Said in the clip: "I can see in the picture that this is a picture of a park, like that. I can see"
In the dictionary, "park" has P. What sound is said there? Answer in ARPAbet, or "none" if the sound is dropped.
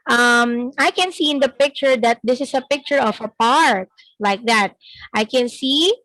P